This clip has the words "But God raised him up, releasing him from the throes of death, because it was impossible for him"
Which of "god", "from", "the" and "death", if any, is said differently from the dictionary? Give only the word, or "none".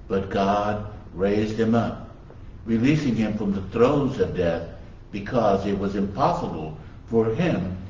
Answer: none